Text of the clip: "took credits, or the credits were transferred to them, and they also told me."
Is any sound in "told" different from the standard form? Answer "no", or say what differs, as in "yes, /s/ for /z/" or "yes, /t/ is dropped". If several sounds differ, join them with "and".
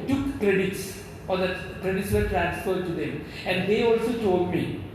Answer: yes, /l/ is dropped